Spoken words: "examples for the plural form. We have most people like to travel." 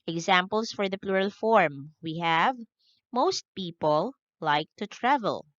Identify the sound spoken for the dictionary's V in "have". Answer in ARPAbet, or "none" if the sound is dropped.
V